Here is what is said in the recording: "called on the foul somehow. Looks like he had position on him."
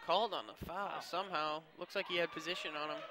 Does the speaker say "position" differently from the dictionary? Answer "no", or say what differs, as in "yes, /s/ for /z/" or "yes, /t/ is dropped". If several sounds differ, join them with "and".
no